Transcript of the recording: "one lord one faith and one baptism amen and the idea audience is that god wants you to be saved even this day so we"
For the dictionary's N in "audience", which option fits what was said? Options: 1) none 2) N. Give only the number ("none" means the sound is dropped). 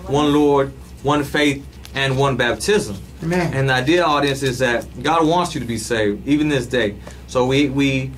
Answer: 2